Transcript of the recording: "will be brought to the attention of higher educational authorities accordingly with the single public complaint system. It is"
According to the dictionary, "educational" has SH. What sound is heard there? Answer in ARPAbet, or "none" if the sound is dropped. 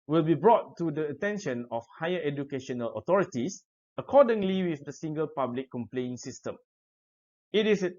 SH